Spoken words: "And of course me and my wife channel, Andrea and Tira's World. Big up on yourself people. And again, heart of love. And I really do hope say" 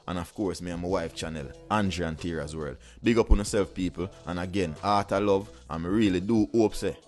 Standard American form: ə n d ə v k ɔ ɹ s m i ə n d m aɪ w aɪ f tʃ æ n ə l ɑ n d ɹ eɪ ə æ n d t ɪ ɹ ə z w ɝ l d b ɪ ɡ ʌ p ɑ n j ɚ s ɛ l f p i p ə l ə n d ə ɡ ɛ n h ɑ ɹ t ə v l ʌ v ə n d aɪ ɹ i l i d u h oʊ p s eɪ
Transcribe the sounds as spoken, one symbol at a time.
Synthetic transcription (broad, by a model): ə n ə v k ɔ ɹ s m i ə m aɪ w aɪ f tʃ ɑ n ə l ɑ n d ɹ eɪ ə n t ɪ ɹ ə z w ɝ l d b ɪ ɡ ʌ p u n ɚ s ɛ l f p i p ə l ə n ə ɡ ɛ n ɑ t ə l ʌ v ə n ɹ i l i d u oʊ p s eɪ